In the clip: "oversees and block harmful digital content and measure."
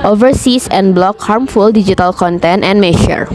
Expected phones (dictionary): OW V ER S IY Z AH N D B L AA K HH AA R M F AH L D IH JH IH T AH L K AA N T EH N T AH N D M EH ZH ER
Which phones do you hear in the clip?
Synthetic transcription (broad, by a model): OW V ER S IY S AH N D B L AA K HH AA R M F AH L D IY JH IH T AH L K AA N T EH N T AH N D M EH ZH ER